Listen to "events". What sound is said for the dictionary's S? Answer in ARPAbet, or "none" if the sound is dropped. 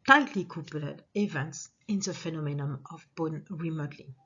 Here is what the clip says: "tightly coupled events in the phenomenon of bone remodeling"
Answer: S